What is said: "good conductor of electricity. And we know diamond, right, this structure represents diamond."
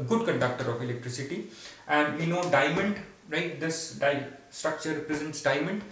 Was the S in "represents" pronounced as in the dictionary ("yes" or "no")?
yes